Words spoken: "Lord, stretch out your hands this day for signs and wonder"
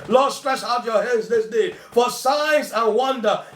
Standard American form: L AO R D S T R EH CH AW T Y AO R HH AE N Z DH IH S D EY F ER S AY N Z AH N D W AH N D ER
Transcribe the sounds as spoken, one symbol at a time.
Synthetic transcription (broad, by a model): L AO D S T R EH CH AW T Y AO HH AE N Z DH IH S D EY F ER S AY Z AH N W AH N D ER